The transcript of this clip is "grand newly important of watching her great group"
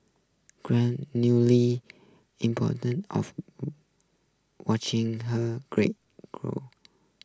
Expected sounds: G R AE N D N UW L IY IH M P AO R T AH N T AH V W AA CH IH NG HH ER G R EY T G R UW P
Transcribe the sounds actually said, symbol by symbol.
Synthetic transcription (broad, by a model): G R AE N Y UW L IY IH M P AO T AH N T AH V W AA CH IH NG HH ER G R EY T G R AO